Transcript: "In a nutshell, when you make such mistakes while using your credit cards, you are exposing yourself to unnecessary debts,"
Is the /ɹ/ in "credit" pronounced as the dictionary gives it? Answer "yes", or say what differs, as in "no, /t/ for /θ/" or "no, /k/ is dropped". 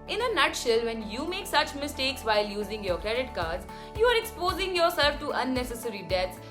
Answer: yes